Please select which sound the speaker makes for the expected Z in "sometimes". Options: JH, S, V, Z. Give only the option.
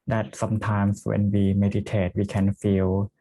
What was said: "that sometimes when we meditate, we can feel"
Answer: S